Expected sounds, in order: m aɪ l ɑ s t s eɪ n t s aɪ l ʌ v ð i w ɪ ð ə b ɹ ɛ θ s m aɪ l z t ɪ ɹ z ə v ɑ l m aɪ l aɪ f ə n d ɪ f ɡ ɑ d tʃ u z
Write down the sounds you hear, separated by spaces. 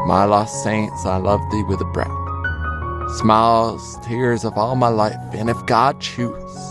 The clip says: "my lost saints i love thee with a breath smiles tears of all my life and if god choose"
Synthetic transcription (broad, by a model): m aɪ l ɑ s t s eɪ n t s aɪ l ʌ v ð i w ɪ ð ə b ɹ ɛ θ s m aɪ l z t ɪ ɹ z ə v ɑ l m aɪ l aɪ f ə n ɪ f ɡ ɑ d tʃ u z